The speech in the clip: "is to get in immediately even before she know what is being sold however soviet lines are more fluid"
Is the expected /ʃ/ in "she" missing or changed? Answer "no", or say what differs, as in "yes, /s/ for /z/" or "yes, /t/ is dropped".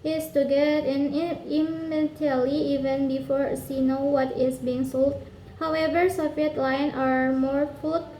yes, /s/ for /ʃ/